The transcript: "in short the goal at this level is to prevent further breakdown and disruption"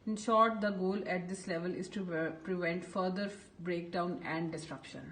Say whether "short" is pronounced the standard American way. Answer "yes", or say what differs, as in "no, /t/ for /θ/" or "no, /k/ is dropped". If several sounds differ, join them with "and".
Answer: yes